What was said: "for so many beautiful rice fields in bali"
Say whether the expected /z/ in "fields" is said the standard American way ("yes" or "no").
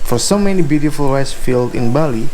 no